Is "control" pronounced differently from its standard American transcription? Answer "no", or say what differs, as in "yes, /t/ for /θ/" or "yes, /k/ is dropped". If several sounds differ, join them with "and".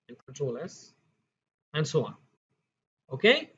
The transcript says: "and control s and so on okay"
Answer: yes, /n/ is dropped